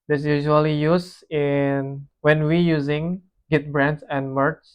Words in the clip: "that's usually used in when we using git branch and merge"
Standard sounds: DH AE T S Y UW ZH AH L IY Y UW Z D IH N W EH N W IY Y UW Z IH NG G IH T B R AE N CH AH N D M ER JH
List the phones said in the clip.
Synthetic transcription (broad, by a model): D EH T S Y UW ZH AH L IY Y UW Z IH N W EH N W IY Y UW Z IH NG G IH T B R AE N S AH N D M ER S